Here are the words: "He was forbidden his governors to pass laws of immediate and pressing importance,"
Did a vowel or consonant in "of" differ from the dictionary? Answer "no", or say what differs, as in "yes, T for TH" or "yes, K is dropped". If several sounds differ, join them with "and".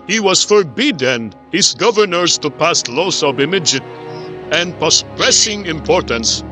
yes, B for V